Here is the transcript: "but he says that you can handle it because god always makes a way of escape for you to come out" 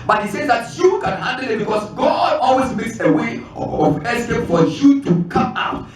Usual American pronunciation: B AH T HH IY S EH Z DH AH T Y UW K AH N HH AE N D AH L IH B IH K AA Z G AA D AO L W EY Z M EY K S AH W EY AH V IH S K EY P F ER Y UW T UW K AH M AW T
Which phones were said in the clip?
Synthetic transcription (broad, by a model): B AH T HH IY S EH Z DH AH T Y UW K AH N HH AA N D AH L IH B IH K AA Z G AA D AO L W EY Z M EY K S AH W EY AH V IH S EY F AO Y UW T UW K AH M AW T